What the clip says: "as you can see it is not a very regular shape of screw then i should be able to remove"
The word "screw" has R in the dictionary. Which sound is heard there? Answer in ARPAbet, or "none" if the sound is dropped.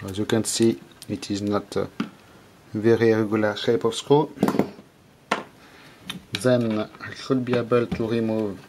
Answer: none